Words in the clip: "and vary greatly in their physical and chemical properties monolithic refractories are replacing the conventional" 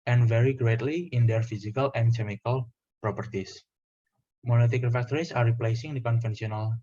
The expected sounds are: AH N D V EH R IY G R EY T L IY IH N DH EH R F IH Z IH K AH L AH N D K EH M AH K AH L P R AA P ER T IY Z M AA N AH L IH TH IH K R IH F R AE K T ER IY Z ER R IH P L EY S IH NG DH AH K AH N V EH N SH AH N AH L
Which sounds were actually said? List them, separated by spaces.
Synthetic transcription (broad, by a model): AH N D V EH R IY G R EY T L IY IH N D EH R F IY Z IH K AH L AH N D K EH M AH K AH L P R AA P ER T IY S M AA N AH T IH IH K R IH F AE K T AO IY S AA R IH P L EY S IH NG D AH K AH N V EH N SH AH N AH L